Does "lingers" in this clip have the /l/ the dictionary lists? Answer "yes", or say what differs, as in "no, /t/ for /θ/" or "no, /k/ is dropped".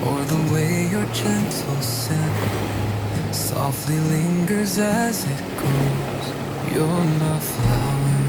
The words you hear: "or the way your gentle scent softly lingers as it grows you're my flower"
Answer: yes